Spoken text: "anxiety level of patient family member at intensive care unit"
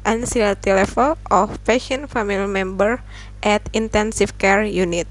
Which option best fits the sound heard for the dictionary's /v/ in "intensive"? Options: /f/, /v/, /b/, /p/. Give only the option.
/f/